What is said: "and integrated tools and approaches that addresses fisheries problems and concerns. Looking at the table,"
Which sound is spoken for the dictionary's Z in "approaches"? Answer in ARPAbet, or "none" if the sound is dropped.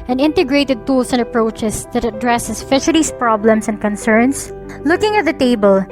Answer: S